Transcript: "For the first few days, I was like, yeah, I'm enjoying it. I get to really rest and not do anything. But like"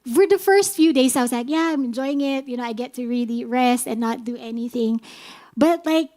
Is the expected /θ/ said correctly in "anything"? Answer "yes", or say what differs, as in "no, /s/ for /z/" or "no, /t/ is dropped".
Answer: yes